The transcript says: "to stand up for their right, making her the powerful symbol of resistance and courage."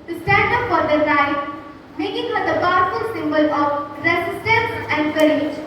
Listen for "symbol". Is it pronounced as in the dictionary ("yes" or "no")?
yes